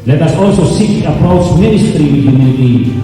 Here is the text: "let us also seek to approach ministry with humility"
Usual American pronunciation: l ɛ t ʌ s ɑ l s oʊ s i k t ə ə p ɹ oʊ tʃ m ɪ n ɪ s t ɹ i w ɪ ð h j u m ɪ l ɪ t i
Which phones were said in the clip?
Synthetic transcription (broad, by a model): l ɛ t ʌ s ɑ l s oʊ s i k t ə ə p ɹ oʊ tʃ m ɪ n ɪ s t ɹ i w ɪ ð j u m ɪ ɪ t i